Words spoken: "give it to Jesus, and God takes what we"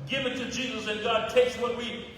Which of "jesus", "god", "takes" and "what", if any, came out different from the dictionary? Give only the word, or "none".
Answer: none